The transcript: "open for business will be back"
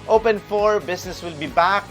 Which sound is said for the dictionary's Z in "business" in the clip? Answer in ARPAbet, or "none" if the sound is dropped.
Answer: S